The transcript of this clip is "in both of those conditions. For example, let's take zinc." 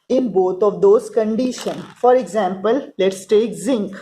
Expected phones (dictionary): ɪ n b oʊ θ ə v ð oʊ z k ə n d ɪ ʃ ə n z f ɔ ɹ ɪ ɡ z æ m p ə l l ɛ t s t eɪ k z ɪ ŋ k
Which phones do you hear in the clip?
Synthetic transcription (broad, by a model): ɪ n b oʊ t ə v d oʊ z k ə n d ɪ ʃ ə n f ɔ ɹ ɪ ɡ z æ m p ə l l ɛ t s t eɪ k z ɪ ŋ k